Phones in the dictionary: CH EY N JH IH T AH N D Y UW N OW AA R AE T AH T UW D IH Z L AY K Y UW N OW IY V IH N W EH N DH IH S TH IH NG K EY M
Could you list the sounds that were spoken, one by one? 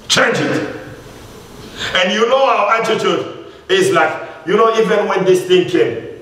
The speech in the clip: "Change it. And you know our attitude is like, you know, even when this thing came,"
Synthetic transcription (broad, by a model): CH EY N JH IH T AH N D Y UW N OW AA W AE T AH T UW D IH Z L AY K Y UW N OW IY V IH N W EH N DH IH S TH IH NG K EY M